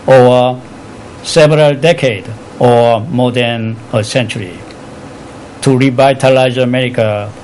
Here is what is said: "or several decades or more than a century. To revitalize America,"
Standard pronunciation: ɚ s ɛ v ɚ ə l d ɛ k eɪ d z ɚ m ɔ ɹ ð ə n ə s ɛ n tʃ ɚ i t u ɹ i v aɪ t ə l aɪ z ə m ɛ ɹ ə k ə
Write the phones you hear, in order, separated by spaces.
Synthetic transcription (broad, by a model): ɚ s ɛ v ɚ ə l d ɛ k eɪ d ɚ m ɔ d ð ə n ə s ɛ n tʃ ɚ i t u ɹ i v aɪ t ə l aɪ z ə m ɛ ɹ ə k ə